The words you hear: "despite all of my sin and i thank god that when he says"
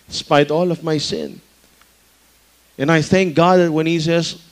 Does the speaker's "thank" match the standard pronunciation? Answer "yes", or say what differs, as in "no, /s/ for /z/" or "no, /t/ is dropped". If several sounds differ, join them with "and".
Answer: yes